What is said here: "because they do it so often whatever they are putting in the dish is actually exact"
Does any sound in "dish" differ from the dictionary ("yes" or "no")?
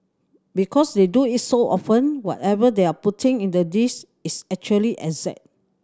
yes